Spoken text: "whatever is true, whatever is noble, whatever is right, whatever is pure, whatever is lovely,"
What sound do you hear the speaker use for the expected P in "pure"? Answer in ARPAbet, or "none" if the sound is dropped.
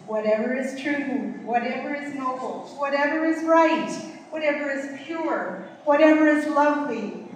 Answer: P